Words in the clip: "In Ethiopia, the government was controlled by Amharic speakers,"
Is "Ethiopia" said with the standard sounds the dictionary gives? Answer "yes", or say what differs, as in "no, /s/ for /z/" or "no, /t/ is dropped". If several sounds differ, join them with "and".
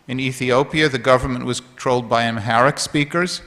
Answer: yes